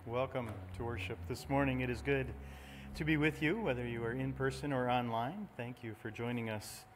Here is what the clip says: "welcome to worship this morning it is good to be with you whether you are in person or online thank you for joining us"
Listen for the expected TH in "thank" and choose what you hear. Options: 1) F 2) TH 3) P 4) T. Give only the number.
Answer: 2